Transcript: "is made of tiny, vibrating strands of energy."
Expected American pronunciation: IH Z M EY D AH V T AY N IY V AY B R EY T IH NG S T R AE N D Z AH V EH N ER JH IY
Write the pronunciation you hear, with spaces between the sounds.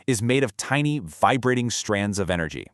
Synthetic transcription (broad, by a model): IH Z M EY D AH V T AY N IY V AY B R EY T IH NG S T R AE N D Z AH V EH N ER JH IY